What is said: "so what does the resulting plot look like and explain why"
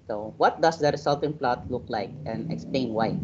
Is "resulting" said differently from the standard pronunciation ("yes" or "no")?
yes